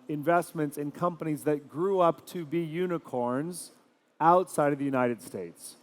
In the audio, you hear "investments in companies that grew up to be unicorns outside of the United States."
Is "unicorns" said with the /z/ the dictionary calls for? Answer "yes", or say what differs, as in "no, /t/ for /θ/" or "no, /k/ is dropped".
yes